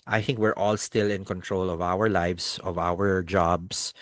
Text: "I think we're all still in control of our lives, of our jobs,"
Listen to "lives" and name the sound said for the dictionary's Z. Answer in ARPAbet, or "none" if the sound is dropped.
S